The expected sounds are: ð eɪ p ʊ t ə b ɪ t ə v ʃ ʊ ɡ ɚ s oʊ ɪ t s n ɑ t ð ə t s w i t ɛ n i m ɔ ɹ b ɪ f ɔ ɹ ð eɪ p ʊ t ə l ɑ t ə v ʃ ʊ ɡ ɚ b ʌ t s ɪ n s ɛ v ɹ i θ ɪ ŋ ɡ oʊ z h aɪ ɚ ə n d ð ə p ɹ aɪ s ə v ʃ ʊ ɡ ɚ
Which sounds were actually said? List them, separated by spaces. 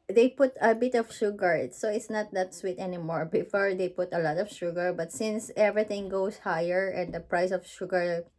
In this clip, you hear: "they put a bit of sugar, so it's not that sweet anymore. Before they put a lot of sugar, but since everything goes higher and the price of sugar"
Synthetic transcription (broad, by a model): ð eɪ p ʊ t ə b ɪ t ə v ʃ ʊ ɡ ɚ s oʊ ɪ t s n ɑ t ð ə t s w i t ɛ n i m ɔ ɹ b ɪ f ɔ ɹ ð eɪ p ʊ t ə l ɑ t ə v ʃ ʊ ɡ ɚ b ʌ t s ɪ n s ɛ v ɹ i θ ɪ ŋ ɡ oʊ s h aɪ ɚ ə n d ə p ɹ aɪ s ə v ʃ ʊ ɡ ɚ